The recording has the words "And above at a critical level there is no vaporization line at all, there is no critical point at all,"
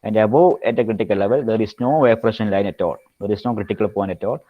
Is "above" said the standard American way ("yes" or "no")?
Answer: no